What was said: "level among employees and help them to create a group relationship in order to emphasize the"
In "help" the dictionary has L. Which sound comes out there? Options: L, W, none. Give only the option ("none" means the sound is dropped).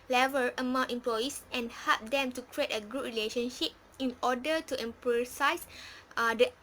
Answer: L